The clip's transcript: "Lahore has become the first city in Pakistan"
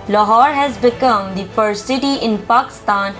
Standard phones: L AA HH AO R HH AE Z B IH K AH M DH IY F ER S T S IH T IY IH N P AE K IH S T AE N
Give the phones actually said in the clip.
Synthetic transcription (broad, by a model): L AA HH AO R HH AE Z B IH K AH M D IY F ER T S IH T IY IH N P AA K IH S T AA N